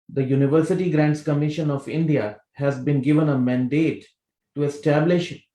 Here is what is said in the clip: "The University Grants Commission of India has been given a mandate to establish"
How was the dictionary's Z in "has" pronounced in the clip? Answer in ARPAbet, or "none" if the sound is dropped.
Z